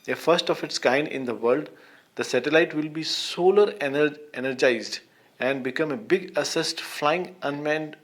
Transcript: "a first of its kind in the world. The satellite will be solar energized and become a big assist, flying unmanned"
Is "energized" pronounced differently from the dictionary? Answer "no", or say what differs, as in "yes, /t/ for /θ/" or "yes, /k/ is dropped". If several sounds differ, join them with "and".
no